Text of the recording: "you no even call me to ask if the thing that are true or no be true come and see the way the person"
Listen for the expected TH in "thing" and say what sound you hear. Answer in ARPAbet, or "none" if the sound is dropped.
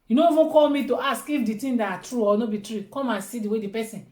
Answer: T